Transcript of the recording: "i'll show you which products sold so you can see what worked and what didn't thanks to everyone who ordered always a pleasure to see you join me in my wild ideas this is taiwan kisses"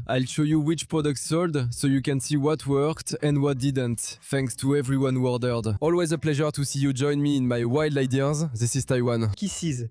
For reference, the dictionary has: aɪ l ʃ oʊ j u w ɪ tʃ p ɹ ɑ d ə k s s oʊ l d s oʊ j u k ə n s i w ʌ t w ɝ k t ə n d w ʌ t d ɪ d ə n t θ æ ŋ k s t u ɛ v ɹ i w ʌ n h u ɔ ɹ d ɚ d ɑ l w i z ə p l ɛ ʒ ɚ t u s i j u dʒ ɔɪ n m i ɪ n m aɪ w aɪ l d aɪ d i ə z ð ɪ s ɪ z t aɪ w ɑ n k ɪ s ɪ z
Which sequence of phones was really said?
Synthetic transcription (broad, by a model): aɪ l ʃ oʊ j u w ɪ tʃ p ɹ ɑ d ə k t s oʊ l d s oʊ j u k ə n s i w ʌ t w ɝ k t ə n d w ʌ t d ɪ d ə n t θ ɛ ŋ k s t u ɛ v ɹ i w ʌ n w ɔ ɹ d ɚ d ɑ l w i z ə p l ɛ ʒ ɚ t u s i j u dʒ ɔɪ n m i ɪ n m aɪ w aɪ l d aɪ d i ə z ð ɪ s ɪ z t aɪ w ɑ n k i s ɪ z